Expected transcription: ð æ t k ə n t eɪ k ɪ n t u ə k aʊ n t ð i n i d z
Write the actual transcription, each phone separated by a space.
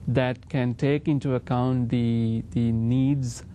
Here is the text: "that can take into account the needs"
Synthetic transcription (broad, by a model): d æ t k ə n t eɪ k ɪ n t u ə k aʊ n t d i n i d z